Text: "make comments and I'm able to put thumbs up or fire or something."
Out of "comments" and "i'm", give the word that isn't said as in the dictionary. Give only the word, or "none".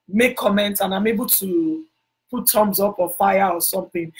comments